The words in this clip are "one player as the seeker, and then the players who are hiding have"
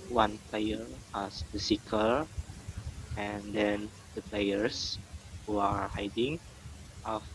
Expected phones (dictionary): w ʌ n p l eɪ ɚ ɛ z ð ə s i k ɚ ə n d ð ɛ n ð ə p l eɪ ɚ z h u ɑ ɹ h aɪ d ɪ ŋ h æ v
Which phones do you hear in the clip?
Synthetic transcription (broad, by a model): w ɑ n p l eɪ ɚ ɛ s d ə s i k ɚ ə n d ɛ n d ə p l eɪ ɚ s h u ɑ ɹ h aɪ d ɪ ŋ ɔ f